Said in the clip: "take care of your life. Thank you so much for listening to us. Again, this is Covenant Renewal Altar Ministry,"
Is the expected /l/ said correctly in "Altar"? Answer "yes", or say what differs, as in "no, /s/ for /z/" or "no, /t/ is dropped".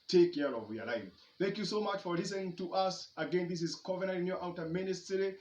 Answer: no, /w/ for /l/